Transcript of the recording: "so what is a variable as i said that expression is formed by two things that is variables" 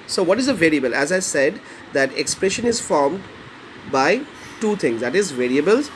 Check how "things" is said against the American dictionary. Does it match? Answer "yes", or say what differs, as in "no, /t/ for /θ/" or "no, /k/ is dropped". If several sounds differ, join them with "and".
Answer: no, /t/ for /θ/